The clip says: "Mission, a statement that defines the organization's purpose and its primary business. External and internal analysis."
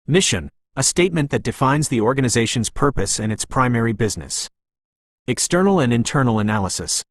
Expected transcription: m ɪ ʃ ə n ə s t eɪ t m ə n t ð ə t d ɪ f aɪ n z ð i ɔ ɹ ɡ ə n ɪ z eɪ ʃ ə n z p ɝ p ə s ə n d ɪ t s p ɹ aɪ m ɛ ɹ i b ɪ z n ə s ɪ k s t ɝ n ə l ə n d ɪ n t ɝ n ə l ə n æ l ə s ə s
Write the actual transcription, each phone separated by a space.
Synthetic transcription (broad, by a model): m ɪ ʃ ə n ə s t eɪ t m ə n ð ə t d ɪ f aɪ n z ð i ɔ ɹ ɡ ə n ɪ z eɪ ʃ ə n z p ɝ p ə s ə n ɪ t s p ɹ aɪ m ɛ ɹ i b ɪ z n ə s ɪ k s t ɝ n l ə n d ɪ n t ɝ n l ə n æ l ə s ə s